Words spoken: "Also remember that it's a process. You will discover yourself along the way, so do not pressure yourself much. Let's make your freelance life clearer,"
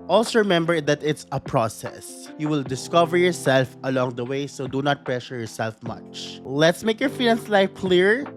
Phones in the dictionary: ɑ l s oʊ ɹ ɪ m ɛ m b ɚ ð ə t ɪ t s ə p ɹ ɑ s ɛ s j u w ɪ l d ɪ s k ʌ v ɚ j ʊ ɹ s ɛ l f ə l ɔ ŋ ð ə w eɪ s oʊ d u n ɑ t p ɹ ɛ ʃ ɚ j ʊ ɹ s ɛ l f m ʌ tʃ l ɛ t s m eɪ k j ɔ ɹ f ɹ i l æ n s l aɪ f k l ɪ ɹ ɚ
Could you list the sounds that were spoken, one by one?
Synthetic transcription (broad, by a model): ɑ l s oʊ ɹ ɪ m ɛ m b ɚ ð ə t ɪ t s ə p ɹ ɑ s ɛ s j u w ɪ l d ɪ s k ʌ v ɚ j ʊ ɹ s ɛ l f ə l ɔ ŋ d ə w eɪ s oʊ d u n ɑ t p ɹ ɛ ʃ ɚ j ʊ ɹ s ɛ l f m ʌ tʃ l ɛ t s m eɪ k j ɔ ɹ f i n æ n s l aɪ f k l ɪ ɹ